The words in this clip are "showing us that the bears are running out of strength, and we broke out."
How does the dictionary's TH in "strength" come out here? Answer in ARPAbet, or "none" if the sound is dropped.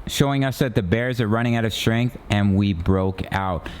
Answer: TH